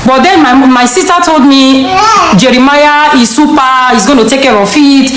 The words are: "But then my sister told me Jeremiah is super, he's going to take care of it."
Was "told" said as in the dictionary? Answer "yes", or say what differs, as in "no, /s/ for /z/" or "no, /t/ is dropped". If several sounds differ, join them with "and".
yes